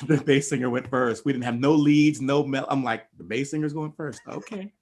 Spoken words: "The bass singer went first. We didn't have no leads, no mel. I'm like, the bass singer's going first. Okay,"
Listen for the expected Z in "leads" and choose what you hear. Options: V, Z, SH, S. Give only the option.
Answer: Z